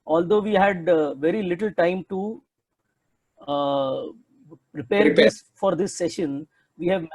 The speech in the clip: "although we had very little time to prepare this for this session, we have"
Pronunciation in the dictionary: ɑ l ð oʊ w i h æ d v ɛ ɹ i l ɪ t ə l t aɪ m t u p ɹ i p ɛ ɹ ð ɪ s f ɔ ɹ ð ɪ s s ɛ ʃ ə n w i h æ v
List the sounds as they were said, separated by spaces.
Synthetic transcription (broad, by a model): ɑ l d oʊ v i h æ d v ɛ ɹ i l ɪ t ə l t aɪ m t u p ɹ i p ɛ ɹ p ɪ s f ɔ ɹ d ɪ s s ɛ ʃ ə n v i h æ v